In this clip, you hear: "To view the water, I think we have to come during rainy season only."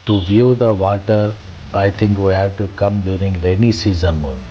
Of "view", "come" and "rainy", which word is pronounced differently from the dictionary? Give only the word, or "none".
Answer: rainy